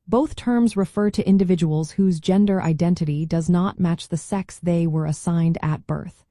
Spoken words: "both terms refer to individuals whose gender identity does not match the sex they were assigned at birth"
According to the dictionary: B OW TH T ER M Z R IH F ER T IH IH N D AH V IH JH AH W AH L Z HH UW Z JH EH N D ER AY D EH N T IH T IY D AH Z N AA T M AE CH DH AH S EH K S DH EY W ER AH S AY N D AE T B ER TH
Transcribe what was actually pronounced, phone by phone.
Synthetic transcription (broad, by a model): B OW TH T ER M Z R IH F ER T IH IH N D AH V IH JH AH W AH L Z HH UW Z JH EH N D ER AY D EH N T IH T IY D AH Z N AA T M AE CH DH AH S EH K S DH EY W ER AH S AY N D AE T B ER TH